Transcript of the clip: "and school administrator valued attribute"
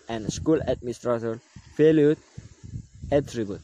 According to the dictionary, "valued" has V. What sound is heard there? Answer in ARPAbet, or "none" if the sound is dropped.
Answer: F